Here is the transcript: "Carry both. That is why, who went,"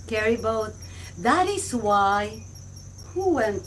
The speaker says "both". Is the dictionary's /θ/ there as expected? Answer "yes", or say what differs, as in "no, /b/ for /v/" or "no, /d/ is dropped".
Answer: no, /t/ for /θ/